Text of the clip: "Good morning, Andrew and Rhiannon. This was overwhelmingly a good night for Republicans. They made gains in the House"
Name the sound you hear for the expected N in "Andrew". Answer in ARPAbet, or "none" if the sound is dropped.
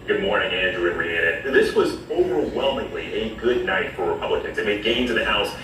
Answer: N